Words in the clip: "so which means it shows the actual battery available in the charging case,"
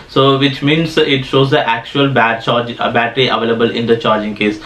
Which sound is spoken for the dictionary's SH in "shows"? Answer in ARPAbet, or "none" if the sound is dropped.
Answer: SH